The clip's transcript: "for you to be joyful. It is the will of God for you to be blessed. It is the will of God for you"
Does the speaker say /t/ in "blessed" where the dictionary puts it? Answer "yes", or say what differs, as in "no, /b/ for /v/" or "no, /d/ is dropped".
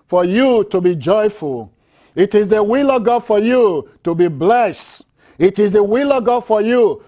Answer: yes